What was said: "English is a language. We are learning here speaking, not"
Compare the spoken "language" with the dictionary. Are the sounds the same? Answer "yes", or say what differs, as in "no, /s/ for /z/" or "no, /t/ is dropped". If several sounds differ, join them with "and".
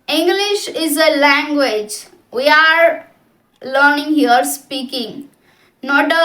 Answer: yes